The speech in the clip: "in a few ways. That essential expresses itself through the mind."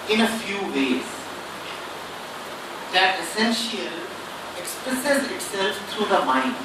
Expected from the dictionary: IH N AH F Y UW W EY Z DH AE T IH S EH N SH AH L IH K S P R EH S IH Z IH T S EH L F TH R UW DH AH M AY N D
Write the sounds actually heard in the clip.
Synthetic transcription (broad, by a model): IH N AH F Y UW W EY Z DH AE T IH S EH N SH AH L IH K S P R EH S IH Z IH T S EH L F T R UW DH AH M AY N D